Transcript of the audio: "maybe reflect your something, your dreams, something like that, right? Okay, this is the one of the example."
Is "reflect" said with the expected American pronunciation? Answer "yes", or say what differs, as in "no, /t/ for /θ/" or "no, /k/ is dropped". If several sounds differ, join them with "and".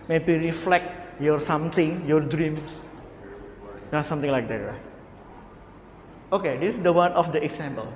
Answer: yes